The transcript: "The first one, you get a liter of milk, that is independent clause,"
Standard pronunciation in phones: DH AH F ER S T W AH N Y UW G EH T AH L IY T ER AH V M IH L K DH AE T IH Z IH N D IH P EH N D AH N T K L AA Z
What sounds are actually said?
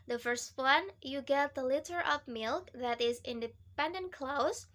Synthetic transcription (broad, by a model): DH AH F ER S T W AH N Y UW G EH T AH L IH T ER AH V M IH L K DH AE T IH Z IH N D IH P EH N D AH N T K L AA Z